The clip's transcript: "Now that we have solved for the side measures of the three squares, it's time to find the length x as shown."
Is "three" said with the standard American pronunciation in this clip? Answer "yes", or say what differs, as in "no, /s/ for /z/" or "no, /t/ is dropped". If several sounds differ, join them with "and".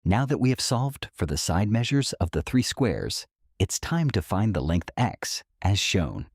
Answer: yes